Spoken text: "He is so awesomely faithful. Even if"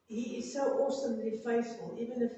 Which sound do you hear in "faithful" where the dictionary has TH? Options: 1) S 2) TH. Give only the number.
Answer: 1